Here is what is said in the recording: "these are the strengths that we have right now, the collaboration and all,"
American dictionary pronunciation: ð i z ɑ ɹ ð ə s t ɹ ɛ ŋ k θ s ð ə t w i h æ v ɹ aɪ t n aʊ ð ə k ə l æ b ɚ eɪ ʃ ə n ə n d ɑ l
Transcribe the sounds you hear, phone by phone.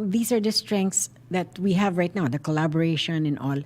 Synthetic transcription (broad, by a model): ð i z ɑ ɹ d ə s t ɹ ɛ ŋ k t s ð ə t w i h æ v ɹ aɪ t n aʊ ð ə k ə l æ b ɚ eɪ ʃ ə n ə n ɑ l